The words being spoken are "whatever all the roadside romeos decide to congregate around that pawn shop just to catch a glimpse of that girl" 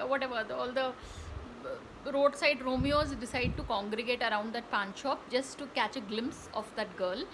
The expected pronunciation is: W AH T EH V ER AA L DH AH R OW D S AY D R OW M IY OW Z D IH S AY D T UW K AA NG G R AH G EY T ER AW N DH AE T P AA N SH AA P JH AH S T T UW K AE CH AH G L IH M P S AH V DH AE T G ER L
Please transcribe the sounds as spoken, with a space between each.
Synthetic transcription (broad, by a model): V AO T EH V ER AA L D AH R OW D S AY D R OW M IY OW Z D IH S AY D T UW K AA NG G R AH G EY T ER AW N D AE T P AA N SH AA P JH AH S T T UW K AE CH AH G L IH M P S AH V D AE T G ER L